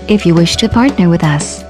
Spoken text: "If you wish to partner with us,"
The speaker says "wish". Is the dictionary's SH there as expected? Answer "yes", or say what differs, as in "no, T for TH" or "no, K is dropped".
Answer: yes